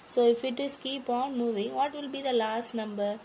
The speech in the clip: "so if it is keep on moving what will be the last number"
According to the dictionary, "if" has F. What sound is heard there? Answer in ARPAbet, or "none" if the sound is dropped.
F